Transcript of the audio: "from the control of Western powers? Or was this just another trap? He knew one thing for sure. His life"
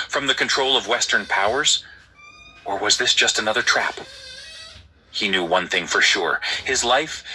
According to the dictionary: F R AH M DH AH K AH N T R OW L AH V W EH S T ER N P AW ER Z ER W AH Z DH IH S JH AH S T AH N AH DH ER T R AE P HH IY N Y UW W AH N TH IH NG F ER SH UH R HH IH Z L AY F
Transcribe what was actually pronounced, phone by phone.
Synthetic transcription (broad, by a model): F R AH M DH AH K AH N T R OW L AH V W EH S T ER N P AW ER Z ER W AH Z DH IH S JH AH S T AH N AH DH ER T R AE P HH IY N Y UW W AH N TH IH NG F ER SH UH R HH IH Z L AY F